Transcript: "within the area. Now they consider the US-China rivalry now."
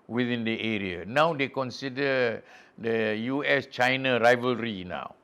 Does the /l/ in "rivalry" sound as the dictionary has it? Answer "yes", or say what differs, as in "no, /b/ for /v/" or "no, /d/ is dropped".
yes